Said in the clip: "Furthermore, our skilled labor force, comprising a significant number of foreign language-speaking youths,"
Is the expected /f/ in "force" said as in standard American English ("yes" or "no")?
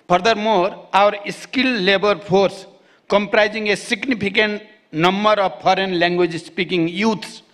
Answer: no